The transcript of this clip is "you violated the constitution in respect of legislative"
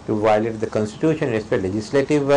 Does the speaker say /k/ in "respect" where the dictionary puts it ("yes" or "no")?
no